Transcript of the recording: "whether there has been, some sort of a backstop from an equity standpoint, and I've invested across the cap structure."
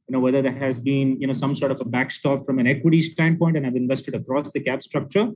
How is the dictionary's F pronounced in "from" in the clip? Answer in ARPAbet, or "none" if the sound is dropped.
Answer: F